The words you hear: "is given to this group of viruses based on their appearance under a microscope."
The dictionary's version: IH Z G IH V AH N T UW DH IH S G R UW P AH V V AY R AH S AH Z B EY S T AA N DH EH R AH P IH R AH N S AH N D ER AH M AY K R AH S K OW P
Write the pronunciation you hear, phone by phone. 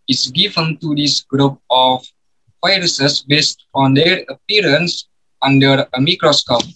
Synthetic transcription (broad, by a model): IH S G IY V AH N T UW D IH S G R UW P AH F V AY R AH S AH S B EY S T AA N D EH R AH P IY R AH N S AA N D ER AH M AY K R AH S K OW P